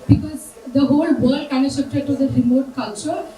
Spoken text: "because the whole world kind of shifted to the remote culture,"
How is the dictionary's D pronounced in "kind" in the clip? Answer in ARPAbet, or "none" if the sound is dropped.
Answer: none